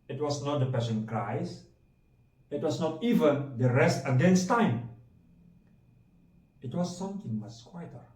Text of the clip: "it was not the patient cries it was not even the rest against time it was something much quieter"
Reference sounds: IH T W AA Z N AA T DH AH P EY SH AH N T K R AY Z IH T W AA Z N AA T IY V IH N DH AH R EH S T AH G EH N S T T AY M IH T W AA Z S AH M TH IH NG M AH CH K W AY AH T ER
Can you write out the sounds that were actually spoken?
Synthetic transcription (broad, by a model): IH T W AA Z N AA T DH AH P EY S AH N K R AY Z IH T W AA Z N AA T IY V IH N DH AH R EH S T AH G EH N S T T AY M IH T W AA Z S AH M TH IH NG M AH S K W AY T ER